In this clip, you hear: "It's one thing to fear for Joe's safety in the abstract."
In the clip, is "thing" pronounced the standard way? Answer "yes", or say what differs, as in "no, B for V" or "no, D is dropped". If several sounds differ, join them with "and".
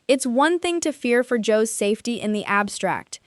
yes